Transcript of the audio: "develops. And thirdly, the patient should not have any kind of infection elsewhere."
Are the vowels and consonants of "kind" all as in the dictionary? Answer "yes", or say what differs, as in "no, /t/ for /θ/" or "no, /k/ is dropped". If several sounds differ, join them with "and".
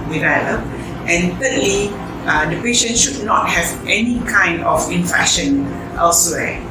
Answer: yes